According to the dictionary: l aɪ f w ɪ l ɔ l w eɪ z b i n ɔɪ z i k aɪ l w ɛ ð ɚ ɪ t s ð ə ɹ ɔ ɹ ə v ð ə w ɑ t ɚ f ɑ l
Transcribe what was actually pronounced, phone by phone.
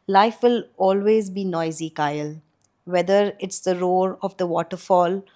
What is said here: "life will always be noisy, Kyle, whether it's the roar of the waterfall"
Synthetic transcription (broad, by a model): l aɪ f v ɪ l ɔ l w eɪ z b i n ɔɪ z i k aɪ l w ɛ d ɚ ɪ t s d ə ɹ ɔ ɹ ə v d ə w ɑ t ɚ f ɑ l